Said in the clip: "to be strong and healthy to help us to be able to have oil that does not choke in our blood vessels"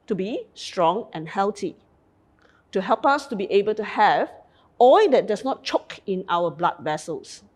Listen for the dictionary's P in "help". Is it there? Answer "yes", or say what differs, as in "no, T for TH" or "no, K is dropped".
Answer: yes